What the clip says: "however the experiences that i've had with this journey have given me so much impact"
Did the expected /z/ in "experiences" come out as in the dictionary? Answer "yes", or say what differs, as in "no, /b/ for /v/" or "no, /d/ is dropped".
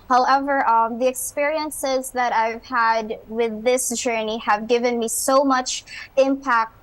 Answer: yes